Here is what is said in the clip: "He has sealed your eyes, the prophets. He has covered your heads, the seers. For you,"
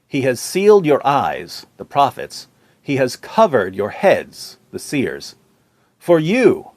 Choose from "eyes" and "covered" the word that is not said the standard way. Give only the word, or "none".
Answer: none